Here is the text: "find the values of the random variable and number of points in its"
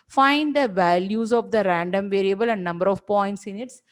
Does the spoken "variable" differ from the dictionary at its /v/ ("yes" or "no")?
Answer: no